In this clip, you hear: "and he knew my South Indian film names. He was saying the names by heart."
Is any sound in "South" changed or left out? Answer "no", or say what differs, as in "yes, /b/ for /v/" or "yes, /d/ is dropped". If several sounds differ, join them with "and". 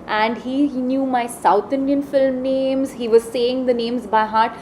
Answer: yes, /t/ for /θ/